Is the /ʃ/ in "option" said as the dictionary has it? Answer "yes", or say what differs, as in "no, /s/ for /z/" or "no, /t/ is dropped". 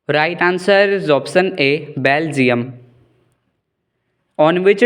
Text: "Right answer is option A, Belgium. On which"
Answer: no, /s/ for /ʃ/